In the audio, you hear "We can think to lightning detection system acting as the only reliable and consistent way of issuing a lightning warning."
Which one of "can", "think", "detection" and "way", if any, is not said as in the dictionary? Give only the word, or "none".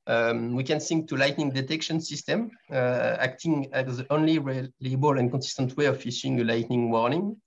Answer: think